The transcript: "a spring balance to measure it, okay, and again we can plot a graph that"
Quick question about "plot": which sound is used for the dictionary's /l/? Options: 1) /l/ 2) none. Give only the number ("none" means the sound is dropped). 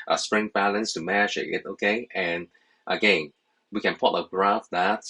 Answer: 2